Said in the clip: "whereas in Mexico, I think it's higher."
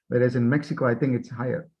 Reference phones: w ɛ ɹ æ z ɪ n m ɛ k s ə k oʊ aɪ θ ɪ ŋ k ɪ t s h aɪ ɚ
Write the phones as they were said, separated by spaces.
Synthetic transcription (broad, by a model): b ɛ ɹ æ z ɪ n m ɛ k s ə k oʊ aɪ θ ɪ ŋ k ɪ t s h aɪ ɚ